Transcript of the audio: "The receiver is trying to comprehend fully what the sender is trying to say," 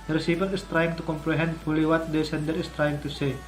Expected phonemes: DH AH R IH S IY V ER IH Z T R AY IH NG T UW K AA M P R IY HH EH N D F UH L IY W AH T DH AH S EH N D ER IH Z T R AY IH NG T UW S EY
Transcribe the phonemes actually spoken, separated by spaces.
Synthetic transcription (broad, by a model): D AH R S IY P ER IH S T R AY IH NG T UW K AA M P R IY HH EH N D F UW L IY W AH T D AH S EH N D ER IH S T R AY IH NG T UW S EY